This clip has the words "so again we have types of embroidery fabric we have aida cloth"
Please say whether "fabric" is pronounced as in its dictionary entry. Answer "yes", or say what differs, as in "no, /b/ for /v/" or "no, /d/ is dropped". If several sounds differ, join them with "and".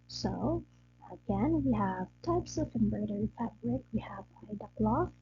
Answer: yes